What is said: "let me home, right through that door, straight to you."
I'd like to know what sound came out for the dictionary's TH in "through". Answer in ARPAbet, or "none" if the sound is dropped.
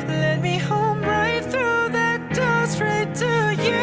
TH